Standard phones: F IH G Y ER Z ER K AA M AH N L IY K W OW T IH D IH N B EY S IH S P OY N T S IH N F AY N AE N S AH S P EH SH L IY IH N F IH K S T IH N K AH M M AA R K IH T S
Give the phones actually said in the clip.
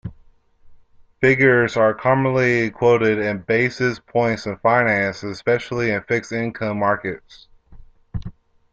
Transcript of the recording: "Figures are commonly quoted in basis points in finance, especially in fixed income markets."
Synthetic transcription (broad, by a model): F IH G Y ER Z ER K AA M AH N L IY K W OW T IH D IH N B EY S IH S P OY N T S IH N F AY N AE N S AH S P EH SH L IY IH N F IH K S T IH N K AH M M AA R K IH T S